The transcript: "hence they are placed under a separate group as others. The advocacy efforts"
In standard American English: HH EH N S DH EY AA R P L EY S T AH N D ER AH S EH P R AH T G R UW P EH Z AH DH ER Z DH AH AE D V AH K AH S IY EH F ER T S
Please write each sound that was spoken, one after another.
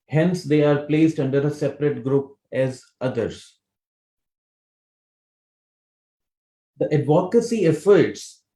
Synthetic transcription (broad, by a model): HH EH N S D EY AA R P L EY S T AH N D ER AH S EH P R AH T G R UW P EH Z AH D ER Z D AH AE D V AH K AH S IY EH F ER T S